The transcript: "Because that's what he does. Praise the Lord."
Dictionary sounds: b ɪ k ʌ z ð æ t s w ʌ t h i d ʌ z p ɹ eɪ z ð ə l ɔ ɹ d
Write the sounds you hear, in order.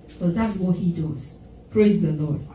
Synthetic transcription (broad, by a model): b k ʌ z ð æ t s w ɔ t h i d ʌ z p ɹ eɪ z ð ə l ɔ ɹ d